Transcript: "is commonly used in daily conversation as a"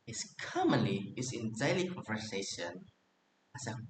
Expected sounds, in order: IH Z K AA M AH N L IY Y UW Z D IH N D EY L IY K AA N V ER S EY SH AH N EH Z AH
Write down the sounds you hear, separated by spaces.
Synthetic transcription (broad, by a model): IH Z K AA M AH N IY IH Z IH N D EY L IY K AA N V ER S EY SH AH N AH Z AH